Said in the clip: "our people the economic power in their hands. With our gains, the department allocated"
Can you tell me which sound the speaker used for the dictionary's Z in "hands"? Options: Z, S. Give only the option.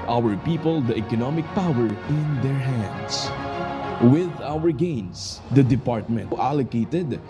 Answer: S